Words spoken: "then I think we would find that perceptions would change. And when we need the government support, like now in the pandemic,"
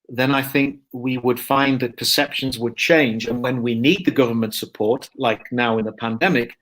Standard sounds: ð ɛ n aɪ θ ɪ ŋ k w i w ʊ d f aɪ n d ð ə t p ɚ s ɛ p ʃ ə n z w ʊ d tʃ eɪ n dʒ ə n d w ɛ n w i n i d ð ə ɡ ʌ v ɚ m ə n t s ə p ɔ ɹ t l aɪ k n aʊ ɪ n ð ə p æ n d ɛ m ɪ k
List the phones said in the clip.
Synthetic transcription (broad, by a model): ð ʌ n aɪ θ ɪ ŋ k w i w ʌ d f aɪ n ð ə t p ɚ s ɛ p ʃ ə n z w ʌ d tʃ eɪ n dʒ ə n w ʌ n w i n i d ð ə ɡ ʌ v ɚ m ə n t s ə p ɔ ɹ t l aɪ k n aʊ ɪ n ð ə p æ n d ɛ m ɪ k